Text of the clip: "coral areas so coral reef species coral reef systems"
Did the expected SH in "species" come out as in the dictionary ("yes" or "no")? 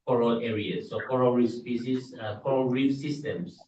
no